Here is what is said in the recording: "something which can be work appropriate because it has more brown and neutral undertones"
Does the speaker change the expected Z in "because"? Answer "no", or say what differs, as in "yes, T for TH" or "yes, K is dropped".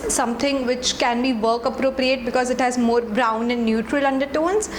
no